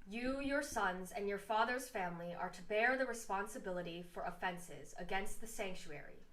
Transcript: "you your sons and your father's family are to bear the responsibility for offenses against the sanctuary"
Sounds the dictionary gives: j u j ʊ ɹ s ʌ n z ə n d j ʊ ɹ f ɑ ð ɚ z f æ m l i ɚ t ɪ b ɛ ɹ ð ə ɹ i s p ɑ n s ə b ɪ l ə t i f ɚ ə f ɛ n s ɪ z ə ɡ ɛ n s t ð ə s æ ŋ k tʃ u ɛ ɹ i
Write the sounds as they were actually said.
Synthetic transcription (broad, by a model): j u j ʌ ɹ s ʌ n z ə n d j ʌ ɹ f ɑ ð ɚ z f æ m l i ɚ t ɪ b ɛ ɹ ð ə ɹ i s p ɑ n s ə b ɪ l ə t i f ɚ ə f ɛ n s ɪ z ə ɡ ɛ n s t ð ə s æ ŋ k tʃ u ɛ ɹ i